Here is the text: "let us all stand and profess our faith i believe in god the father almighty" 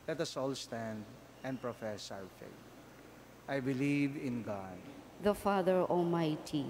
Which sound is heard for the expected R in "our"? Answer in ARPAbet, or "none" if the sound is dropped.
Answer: W